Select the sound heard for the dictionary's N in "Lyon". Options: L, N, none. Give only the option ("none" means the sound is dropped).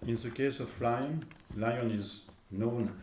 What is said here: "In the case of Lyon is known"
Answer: N